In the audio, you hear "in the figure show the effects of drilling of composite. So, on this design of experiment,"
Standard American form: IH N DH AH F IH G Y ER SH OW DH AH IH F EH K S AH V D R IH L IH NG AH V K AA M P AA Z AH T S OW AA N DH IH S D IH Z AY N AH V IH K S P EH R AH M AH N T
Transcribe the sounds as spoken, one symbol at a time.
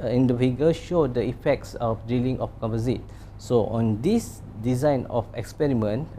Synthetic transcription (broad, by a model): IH N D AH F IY G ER SH OW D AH IH F EH K S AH F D IY L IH NG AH F K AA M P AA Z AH T S OW AA N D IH S D IH Z AY N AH F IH K S P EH R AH M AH N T